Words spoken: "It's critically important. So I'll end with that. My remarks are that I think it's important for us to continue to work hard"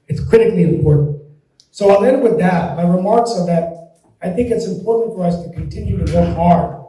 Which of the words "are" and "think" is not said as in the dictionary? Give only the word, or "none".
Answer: none